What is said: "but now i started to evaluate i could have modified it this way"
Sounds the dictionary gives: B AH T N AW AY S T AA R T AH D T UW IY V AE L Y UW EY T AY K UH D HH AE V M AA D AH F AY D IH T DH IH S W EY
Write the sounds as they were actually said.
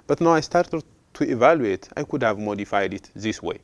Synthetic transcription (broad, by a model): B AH T N AW AY S T AA R T AH D T UW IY V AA L Y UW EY T AY K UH D HH AE V M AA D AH F AY D IH T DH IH S W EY